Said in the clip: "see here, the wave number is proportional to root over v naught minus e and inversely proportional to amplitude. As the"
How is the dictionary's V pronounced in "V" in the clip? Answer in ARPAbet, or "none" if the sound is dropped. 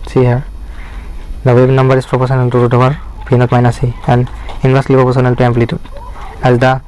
P